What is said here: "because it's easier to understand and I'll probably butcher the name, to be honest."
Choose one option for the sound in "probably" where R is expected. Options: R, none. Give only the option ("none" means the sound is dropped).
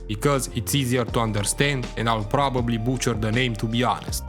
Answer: R